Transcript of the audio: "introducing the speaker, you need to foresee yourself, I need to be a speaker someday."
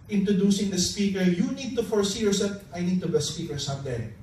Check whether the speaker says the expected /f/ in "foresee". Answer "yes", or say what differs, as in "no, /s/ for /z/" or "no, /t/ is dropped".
yes